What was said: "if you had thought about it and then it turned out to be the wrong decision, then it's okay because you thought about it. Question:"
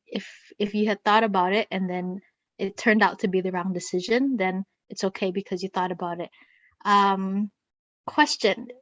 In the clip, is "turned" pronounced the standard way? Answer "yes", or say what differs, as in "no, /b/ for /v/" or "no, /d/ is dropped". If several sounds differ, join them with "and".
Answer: yes